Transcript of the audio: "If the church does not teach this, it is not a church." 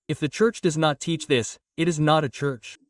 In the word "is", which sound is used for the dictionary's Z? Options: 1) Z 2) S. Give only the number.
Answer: 1